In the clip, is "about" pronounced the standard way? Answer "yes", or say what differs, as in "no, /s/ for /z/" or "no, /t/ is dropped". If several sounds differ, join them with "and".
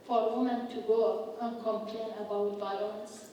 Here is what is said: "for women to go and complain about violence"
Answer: yes